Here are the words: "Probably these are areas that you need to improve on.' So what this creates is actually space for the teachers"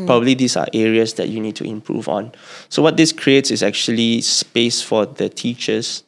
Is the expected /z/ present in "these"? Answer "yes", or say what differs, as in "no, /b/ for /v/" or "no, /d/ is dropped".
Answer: no, /s/ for /z/